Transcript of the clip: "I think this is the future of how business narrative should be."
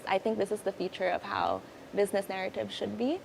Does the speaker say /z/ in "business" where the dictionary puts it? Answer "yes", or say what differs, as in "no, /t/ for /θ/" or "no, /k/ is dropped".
yes